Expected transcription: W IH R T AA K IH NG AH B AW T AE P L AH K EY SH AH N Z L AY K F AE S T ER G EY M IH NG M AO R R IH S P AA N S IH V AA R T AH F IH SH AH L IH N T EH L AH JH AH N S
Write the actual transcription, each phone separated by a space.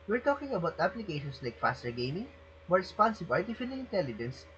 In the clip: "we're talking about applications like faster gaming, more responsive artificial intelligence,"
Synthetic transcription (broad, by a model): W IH R T AA K IH NG AH B AW T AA P L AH K EY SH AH N S L AY K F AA S T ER G EY M IH NG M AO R R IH S P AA N S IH B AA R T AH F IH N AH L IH N T EH L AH JH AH N S